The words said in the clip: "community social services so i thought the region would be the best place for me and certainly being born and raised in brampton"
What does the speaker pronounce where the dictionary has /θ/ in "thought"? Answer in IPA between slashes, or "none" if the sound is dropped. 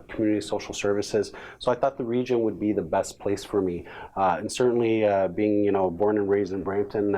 /θ/